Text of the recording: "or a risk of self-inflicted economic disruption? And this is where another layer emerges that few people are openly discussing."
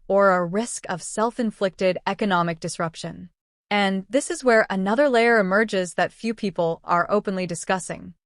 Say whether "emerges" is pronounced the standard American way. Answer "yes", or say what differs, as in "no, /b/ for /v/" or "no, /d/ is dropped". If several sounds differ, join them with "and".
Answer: yes